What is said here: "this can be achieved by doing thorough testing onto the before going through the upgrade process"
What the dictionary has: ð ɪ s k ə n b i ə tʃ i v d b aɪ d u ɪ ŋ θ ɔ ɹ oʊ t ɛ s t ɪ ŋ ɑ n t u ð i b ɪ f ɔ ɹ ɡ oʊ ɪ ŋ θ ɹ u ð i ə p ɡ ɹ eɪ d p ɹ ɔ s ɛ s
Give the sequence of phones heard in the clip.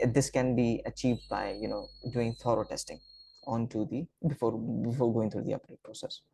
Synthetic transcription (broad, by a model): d ɪ s k ə n b i ə tʃ i v d b aɪ d u ɪ ŋ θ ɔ ɹ oʊ t ɛ s t ɪ ŋ ɑ n t u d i b ɪ f ɔ ɹ ɡ oʊ ɪ ŋ t ɹ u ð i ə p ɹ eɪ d p ɹ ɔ s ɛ s